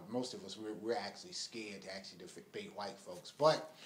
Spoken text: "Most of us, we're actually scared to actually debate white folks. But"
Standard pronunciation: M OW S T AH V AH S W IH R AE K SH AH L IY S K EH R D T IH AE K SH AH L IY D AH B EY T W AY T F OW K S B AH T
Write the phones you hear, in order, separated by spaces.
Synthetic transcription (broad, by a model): M OW S T AH V AH S W IH R AE K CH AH L IY S K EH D T IH AE K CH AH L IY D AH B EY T W AY T F OW K S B AH T